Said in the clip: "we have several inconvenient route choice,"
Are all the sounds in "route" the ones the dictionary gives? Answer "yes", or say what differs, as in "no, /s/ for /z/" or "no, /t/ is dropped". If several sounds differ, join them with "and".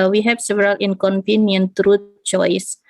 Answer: yes